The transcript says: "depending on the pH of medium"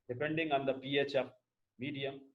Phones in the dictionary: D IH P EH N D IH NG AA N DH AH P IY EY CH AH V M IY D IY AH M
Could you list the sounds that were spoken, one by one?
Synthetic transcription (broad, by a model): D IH P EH N D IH NG AA N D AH P IY EY CH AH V M IY D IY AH M